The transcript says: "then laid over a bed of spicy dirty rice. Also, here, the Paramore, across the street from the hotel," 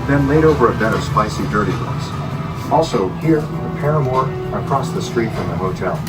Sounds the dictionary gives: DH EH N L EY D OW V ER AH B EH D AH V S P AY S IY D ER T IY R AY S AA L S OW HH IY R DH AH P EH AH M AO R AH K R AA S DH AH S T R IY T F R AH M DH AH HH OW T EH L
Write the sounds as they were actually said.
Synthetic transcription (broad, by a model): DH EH N L EY D OW V ER AH B EH D AH V S P AY S IY D ER T IY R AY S AA L S OW HH IY R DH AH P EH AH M AO R AH K R AA S DH AH S T R IY T F R AH M DH AH HH OW T EH L